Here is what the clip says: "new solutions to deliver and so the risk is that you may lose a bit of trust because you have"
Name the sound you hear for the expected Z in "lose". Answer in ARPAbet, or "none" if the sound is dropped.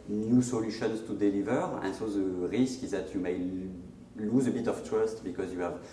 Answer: Z